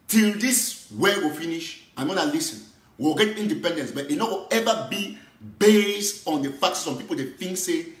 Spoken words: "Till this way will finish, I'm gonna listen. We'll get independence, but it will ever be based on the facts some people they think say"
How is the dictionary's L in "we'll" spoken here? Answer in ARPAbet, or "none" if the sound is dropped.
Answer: W